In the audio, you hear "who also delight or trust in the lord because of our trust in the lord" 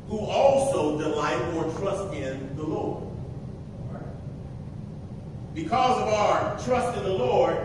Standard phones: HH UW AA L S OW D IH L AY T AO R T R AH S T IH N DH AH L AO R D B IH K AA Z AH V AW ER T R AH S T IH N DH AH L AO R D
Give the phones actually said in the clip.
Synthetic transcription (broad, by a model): HH UW AA L S OW D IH L AY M AO R T R AH S T IH N DH AH L AO R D B IH K AA Z AH V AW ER T R AH S T IH N DH AH L AO R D